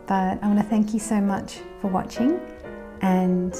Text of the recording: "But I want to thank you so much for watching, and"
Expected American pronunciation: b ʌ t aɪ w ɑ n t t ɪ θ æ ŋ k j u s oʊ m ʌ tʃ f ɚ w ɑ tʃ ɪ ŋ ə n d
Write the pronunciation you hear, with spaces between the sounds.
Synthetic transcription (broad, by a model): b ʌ t aɪ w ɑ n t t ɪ θ æ ŋ k j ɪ s oʊ m ʌ tʃ f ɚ w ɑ tʃ ɪ ŋ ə n